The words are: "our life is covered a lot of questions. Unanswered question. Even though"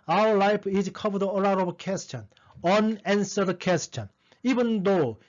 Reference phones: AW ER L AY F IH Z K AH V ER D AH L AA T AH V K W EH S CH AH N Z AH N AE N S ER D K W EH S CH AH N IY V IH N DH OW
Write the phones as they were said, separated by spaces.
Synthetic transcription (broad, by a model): AW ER L AY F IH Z K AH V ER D AH L AA T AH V K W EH S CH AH N AH N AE N S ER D K W EH S CH AH N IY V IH N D OW